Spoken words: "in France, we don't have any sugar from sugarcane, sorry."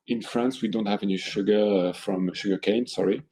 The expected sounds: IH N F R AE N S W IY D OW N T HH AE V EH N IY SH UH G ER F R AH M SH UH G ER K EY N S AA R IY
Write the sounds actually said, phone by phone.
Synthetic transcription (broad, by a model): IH N F R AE N S W IY D OW N T HH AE V EH N IY SH UH G ER F R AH M SH UH G ER K EY N S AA R IY